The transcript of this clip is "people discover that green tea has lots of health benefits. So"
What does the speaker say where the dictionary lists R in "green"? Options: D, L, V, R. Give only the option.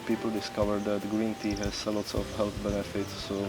R